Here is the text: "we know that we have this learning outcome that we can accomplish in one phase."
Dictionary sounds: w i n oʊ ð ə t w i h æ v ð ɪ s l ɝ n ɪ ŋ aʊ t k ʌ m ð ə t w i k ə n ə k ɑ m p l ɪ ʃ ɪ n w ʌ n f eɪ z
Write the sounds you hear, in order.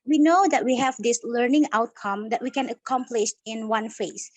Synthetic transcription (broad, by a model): w i n oʊ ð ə t w i h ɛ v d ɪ s l ɝ n ɪ ŋ aʊ t k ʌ m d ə t w i k ə n ə k ɑ m p l ɪ ʃ ɪ n w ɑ n f eɪ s